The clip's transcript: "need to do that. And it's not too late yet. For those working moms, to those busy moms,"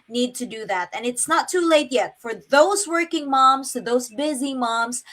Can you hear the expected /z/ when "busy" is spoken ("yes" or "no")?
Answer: yes